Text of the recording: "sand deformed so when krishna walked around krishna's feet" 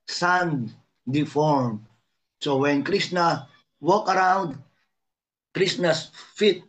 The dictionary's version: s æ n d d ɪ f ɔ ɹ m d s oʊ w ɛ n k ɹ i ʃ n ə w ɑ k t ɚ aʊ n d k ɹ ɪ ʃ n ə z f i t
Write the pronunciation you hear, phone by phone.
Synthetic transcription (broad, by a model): s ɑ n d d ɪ f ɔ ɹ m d s oʊ w ɛ n k ɹ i s n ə w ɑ k ɚ aʊ n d k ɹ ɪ s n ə s f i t